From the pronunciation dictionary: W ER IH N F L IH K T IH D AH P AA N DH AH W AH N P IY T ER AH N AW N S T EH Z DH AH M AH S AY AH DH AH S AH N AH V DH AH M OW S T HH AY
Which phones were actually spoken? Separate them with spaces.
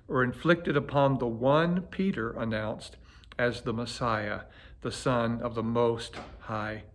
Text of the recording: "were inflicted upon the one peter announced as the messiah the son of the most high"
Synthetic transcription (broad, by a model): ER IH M F L IH K T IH D AH P AA N DH AH W AH N P IY T ER AH N AW N S T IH Z DH AH M AH S AY AH DH AH S AH N AH V DH AH M OW S T HH AY